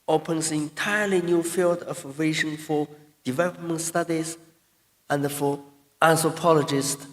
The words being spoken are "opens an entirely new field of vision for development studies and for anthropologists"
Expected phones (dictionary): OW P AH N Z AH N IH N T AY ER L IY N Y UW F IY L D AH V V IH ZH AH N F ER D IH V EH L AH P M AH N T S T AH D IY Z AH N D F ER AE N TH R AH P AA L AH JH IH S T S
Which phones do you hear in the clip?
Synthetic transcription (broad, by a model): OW P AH N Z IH N T AY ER L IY N Y UW F IY L D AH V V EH SH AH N F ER D IH V EH L AH P M AH N T S T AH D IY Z AH N D F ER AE N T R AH P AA L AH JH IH S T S